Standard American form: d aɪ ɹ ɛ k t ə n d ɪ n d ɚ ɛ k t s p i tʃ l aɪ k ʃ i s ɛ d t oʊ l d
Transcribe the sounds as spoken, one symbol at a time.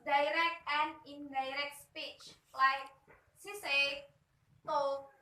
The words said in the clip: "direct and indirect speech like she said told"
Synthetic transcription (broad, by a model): d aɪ ɹ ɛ k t ə n d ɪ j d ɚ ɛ k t s p i tʃ l aɪ k s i s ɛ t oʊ